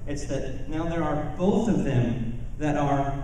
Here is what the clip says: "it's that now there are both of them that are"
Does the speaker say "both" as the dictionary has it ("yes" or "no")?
yes